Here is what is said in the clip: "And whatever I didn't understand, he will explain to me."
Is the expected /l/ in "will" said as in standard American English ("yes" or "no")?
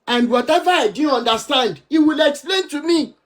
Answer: yes